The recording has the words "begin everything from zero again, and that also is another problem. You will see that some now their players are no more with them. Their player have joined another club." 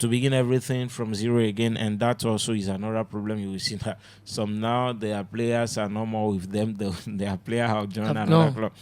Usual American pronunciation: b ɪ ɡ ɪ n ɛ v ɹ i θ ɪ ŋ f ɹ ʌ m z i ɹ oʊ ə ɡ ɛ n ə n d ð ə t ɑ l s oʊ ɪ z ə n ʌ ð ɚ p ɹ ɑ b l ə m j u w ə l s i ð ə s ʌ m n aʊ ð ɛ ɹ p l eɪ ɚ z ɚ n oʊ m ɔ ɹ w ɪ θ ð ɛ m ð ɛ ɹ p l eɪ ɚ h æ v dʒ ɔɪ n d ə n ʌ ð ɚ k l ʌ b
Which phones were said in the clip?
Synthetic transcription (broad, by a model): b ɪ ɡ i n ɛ v ɹ i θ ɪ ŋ f ɹ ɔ m z i ɹ oʊ ə ɡ ɛ n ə n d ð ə t ɑ l s oʊ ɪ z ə n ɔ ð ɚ p ɹ ɑ b l ə m j u w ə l s i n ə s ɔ m n aʊ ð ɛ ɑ p l eɪ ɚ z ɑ n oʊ m ɔ w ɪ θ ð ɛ m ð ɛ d p l eɪ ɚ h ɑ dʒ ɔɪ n ə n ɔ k l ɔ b